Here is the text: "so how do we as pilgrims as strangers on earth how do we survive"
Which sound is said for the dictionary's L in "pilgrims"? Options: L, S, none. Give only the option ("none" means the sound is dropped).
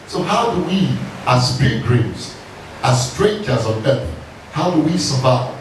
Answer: none